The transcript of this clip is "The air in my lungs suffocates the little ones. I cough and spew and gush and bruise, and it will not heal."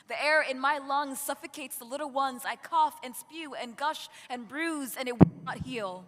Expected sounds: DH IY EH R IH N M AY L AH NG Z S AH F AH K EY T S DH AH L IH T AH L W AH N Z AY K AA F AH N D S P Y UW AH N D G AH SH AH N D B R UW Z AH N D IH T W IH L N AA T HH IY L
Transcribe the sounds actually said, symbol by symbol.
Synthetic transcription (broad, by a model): DH IY EH R IH N M AY L AH NG Z S AH F AH K EY T S DH AH L IH T L W AH N Z AY K AA F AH N S P Y UW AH N G AH SH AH N B R UW Z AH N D IH T W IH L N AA T HH IY L